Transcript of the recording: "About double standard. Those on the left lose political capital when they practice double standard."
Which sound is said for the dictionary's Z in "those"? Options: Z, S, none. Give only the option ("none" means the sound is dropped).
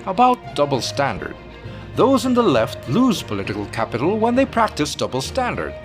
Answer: Z